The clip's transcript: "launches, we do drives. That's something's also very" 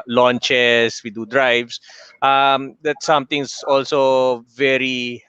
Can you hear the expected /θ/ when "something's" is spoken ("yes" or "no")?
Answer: no